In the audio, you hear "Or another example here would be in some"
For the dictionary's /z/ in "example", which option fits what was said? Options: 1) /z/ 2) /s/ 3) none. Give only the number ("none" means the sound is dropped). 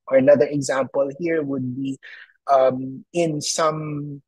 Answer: 1